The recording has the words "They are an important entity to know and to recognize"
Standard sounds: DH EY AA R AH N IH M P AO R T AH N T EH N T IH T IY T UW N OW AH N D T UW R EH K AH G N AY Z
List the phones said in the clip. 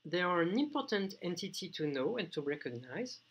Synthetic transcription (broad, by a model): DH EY AA R AH N IH M P AO R T AH N T EH N T IH T IY T UW N OW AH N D T UW R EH K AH G N AY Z